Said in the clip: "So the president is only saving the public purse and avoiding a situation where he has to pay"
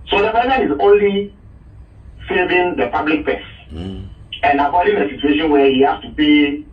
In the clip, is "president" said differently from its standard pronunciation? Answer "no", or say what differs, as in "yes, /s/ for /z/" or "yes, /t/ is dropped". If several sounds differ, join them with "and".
yes, /t/ is dropped